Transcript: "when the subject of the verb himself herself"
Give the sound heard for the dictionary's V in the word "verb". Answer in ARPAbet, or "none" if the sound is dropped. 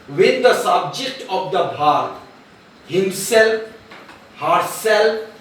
B